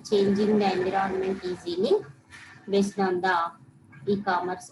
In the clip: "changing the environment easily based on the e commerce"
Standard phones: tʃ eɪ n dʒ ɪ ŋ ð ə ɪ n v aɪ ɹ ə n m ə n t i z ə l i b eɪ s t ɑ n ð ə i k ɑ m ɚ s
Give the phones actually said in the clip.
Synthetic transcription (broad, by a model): tʃ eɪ n dʒ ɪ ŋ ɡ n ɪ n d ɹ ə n m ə n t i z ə n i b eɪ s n ɑ n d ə i k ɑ m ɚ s